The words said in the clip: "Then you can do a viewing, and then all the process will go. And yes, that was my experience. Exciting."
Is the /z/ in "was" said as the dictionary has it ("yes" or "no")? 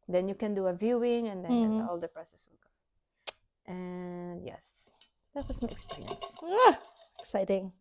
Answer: no